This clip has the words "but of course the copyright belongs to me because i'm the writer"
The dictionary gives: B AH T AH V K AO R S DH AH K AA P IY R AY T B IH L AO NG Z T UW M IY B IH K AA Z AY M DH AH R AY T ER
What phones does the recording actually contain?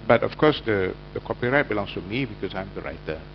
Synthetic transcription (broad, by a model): B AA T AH F K AO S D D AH K AA P IY R AY T B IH L AO NG S T UW M IY B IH K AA S AY M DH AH R AY T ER